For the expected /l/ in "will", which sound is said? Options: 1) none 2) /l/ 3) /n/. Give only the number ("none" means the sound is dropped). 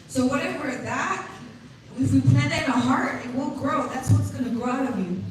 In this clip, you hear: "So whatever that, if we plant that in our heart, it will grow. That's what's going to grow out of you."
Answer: 3